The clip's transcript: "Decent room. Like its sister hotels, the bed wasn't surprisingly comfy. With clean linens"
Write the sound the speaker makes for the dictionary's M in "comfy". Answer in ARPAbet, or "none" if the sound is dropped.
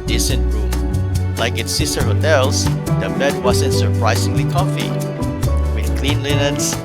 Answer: none